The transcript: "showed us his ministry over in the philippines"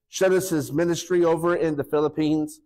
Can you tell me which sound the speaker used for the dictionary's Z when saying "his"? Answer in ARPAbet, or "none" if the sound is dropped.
Z